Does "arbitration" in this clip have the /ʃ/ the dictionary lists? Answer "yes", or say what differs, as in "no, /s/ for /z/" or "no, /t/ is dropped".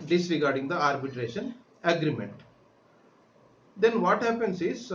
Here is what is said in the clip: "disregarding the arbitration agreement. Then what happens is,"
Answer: yes